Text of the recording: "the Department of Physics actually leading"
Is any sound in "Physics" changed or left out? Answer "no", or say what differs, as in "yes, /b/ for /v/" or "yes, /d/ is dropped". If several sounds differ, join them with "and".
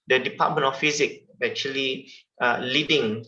yes, /s/ is dropped